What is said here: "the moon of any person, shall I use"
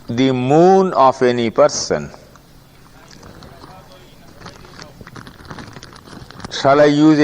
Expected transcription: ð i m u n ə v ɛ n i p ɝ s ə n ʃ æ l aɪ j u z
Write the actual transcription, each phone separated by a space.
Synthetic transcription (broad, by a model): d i m u n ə f ɛ n i p ɝ s ə n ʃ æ l aɪ j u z